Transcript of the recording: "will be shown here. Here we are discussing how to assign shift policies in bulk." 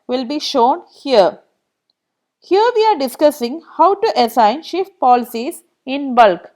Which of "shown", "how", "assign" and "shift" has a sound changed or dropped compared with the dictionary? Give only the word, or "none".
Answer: none